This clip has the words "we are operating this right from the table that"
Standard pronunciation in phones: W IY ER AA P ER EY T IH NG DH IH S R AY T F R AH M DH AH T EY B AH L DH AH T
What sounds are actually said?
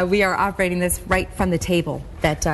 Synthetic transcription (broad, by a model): W IY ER AA P ER EY T IH NG DH IH S R AY T F R AH M DH AH T EY B AH L DH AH T